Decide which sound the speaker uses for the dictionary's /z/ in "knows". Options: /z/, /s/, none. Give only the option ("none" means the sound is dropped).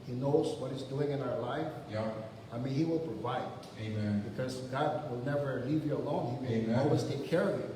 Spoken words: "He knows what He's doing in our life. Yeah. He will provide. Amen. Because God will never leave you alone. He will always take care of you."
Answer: /z/